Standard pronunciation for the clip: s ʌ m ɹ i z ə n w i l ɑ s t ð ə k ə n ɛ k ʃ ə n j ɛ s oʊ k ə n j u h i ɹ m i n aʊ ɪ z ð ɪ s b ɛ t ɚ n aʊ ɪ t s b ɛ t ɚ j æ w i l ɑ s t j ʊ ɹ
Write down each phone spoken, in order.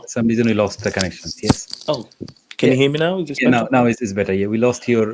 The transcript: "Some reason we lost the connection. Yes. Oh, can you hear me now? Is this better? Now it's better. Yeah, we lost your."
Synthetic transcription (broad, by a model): s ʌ m ɹ i z ə n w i l ɑ s t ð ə k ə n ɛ k ʃ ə n j ɛ s oʊ k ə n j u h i m i n aʊ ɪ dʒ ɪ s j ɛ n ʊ n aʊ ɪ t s b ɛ t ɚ j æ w i l ɑ s t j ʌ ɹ